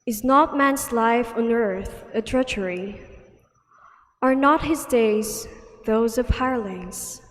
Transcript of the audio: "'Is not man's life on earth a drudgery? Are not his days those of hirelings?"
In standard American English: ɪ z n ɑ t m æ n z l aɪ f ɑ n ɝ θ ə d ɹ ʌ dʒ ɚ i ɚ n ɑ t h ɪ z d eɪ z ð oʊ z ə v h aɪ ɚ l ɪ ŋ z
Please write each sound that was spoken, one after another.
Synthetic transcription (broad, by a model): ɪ z n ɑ t m æ n z l aɪ f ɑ n ɝ θ ə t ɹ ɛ tʃ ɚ i ɚ n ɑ t h ɪ z d eɪ z ð oʊ z ə v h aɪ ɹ l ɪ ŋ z